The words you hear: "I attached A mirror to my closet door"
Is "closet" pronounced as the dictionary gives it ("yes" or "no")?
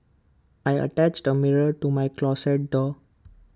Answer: no